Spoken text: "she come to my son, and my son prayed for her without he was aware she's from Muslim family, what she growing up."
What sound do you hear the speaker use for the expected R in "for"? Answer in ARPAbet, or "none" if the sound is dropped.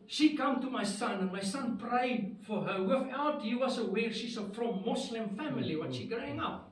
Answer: R